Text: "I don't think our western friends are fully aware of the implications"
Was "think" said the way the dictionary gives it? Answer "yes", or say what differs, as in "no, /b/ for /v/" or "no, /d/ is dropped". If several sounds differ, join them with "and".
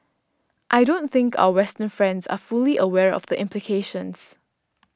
yes